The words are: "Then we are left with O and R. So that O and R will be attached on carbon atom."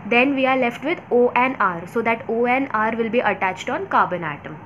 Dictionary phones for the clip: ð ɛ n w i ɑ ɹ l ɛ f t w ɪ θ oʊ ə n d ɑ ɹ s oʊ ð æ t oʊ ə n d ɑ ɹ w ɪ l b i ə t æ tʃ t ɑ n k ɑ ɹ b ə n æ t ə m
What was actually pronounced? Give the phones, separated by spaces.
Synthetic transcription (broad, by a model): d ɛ n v i ɑ ɹ l ɛ f t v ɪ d oʊ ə n ɑ ɹ s oʊ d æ t oʊ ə n ɑ ɹ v ɪ l b i ə t æ tʃ t ɑ n k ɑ b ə n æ t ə m